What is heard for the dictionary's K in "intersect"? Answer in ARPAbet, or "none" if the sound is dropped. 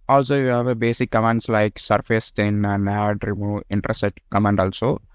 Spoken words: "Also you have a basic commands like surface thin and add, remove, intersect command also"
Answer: none